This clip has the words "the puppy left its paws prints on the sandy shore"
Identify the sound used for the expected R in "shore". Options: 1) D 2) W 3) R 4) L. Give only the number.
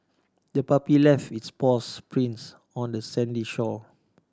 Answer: 4